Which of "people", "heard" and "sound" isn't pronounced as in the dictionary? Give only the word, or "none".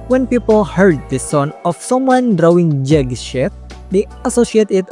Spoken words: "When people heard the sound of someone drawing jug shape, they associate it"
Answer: sound